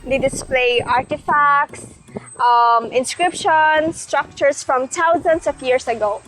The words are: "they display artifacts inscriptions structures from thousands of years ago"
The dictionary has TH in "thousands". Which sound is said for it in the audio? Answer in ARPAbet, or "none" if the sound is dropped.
T